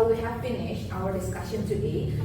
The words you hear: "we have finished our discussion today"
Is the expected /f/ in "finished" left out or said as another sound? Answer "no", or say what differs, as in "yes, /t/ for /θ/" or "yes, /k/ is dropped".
yes, /p/ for /f/